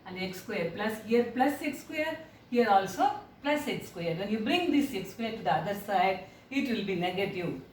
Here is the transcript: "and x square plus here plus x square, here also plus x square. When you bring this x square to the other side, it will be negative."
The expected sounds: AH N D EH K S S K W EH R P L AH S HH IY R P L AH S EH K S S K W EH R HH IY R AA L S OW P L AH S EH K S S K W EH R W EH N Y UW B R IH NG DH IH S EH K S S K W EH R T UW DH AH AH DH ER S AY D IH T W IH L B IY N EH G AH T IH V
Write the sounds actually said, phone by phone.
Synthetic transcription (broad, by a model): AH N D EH K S S K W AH R P L AH S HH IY R P L AH S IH K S S K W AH R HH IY R AA L S OW P L AH S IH K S S K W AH R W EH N Y UW B R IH NG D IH S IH K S S K W EH R T UW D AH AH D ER S AY D IH T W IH L B IY N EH G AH T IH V